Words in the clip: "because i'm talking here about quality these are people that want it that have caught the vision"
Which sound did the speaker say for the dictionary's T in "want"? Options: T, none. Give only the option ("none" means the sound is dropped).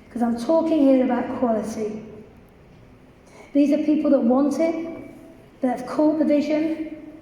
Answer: T